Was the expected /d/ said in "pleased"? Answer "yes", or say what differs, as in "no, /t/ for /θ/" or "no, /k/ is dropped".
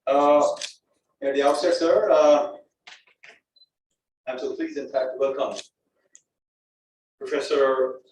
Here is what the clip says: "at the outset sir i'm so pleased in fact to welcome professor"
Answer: no, /d/ is dropped